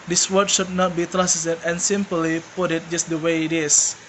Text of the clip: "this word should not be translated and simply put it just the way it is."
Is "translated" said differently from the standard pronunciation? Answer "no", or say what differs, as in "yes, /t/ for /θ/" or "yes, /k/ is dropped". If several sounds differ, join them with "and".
yes, /n/ is dropped and /l/ is dropped